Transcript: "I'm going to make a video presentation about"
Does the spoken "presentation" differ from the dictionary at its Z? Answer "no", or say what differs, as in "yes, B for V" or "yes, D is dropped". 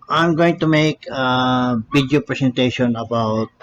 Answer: yes, S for Z